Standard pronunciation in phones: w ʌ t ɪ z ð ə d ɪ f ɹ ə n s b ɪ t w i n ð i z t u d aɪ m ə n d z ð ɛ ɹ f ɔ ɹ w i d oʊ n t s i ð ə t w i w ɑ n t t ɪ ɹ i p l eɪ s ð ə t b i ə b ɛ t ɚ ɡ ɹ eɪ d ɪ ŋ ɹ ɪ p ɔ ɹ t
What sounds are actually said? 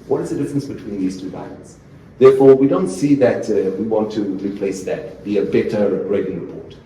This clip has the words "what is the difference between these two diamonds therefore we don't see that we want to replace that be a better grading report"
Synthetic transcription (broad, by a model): w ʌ t ɪ z ð ə d ɪ f ɹ ə n s b ɪ t w i n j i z t u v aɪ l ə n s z ð ɛ ɹ f ɔ ɹ w i d oʊ n t s i ð ə t w i w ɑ n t t ɪ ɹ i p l eɪ s ð ə t b i ə b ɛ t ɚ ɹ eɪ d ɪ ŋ ɹ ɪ p ɔ ɹ t